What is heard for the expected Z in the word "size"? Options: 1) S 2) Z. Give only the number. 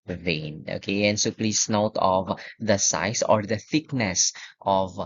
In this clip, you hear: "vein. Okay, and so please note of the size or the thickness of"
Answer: 1